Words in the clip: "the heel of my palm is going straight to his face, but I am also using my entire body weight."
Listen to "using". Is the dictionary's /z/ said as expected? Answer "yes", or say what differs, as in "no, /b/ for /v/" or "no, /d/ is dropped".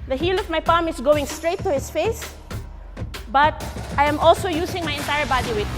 no, /s/ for /z/